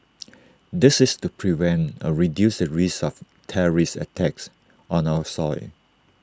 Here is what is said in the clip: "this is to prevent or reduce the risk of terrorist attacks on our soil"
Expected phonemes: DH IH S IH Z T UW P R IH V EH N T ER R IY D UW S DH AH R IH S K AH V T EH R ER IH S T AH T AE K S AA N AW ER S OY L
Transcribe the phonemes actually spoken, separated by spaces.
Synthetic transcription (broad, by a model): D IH S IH S T UW P R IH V EH N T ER R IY D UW S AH R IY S AH F T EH R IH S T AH T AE K S AA N AW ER S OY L